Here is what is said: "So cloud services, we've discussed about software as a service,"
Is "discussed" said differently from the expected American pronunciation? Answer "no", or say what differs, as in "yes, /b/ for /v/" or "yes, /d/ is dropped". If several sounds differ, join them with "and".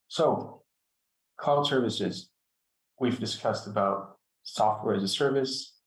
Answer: no